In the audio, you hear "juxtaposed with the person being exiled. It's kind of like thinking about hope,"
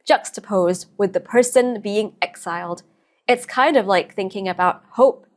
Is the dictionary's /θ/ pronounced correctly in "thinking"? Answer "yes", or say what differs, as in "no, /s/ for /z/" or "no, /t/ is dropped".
yes